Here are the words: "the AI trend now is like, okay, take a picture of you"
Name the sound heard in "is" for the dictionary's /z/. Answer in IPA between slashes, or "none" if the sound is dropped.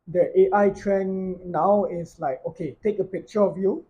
/s/